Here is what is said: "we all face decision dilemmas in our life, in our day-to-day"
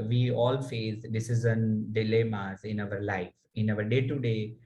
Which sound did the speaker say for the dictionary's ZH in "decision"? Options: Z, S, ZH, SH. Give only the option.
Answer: Z